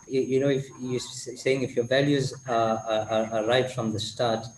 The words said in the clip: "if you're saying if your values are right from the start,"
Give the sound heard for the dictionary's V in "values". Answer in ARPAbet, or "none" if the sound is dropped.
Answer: V